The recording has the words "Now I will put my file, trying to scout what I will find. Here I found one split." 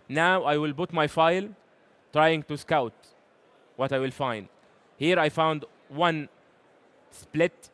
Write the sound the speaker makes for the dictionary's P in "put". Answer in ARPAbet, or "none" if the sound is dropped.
B